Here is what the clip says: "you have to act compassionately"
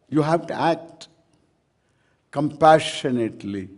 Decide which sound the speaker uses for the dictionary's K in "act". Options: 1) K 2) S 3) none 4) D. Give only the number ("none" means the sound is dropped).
1